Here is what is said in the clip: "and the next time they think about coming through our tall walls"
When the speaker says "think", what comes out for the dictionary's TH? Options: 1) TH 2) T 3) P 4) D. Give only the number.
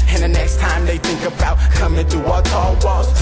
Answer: 1